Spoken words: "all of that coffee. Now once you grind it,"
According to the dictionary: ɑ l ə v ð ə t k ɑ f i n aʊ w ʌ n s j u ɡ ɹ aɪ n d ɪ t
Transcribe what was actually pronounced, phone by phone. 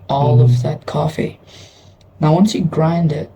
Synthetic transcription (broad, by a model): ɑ l ə v ð ə t k ɑ f i n aʊ w ʌ n s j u ɡ ɹ aɪ n d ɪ t